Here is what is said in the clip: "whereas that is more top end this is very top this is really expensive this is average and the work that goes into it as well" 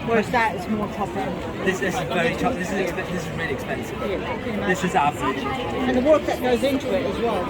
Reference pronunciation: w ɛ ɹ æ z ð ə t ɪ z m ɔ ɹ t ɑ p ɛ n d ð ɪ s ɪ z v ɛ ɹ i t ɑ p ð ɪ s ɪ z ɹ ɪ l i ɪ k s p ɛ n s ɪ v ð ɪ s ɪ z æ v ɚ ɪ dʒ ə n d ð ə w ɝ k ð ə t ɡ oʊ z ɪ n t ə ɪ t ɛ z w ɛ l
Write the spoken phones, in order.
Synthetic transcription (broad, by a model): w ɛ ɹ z ð ə t ɪ z m ɔ ɹ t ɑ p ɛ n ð ð ɪ s ɪ z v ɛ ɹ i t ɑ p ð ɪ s ɪ z ɹ ɪ l i ɪ k s p ɛ n s ɪ v ð ɪ s ɪ z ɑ ʊ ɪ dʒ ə n ð ə w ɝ k ð ə t ɡ oʊ z ɪ n t ə ɪ t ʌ z w ɛ l